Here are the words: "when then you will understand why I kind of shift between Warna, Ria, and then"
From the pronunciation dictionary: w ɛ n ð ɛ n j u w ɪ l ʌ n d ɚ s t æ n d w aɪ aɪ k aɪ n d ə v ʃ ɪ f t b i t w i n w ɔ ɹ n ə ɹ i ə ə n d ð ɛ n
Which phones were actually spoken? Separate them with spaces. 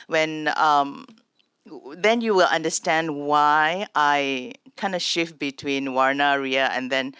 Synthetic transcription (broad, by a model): w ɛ n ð ɛ n j u w ɪ l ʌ n d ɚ s t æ n d w aɪ aɪ k aɪ n d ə ʃ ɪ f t b i t w i n w ɔ ɹ n ə ɹ i ə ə n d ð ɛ n